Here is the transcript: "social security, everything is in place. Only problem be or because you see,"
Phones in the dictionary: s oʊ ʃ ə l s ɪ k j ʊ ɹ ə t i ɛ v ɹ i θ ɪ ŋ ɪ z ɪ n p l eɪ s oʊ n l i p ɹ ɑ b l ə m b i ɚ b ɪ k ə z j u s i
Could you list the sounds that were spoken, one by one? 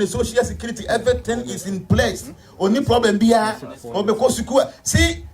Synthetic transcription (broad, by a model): s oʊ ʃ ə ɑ s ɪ k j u ɹ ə t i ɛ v ɹ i t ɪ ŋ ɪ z ɪ n p l eɪ s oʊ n i p ɹ ɑ b l ə m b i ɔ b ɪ k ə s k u s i